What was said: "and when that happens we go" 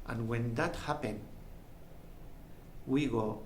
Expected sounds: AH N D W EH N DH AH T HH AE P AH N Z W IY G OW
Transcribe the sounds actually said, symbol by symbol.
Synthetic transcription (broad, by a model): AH N W EH N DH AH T HH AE P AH N W IY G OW